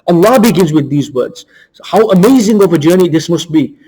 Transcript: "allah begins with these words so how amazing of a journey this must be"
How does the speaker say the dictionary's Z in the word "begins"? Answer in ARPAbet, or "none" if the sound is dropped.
Z